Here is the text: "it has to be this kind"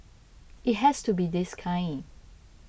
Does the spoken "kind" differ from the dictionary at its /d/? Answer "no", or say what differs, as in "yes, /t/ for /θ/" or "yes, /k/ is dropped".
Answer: yes, /d/ is dropped